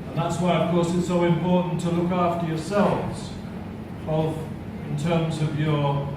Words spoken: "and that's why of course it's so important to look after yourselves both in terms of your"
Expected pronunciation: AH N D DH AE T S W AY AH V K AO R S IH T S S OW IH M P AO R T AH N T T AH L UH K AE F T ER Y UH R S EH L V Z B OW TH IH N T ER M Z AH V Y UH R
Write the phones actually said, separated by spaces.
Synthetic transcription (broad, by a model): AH N DH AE T S W AY AH V K AO R S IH T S S OW IH M P AO R T N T T AH L UH K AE F T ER Y UH R S EH L V Z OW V IH N T ER M Z AH V Y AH R